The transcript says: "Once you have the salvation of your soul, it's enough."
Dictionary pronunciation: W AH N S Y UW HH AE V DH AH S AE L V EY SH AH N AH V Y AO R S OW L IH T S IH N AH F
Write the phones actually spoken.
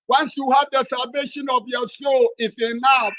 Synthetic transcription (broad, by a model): W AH N S Y UW HH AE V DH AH S AE L V EY SH AH N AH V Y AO S OW L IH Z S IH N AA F